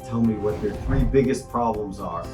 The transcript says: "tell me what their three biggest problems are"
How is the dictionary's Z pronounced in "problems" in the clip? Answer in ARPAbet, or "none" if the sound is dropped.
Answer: Z